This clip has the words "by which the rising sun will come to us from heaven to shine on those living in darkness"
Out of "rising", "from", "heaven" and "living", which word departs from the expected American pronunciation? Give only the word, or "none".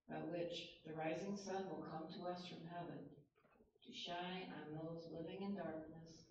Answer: none